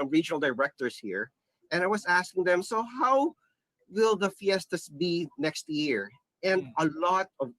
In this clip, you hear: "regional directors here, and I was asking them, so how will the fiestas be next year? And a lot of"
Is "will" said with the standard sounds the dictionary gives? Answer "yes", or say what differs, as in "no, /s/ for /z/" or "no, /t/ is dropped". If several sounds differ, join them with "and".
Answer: yes